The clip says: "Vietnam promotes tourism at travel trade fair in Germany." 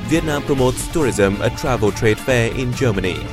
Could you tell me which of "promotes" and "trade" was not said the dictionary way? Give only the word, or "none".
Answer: none